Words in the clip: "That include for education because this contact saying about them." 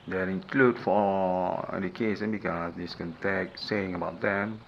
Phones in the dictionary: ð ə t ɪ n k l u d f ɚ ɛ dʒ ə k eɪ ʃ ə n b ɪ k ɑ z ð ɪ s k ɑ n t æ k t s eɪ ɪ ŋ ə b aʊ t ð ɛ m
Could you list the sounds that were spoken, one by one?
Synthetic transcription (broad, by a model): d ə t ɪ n k l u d f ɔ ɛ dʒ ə k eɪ s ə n b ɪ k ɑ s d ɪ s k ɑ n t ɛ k s eɪ ɪ ŋ ə b aʊ t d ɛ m